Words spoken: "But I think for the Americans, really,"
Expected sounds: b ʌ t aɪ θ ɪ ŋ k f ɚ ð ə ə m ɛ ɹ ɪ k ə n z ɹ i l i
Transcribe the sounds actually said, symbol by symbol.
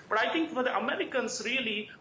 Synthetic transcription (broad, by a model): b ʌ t aɪ t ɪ ŋ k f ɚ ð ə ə m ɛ ɹ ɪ k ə n s ɹ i l i